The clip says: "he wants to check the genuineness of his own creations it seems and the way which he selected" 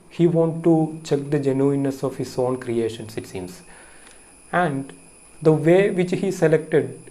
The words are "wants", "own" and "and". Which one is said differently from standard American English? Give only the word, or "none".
wants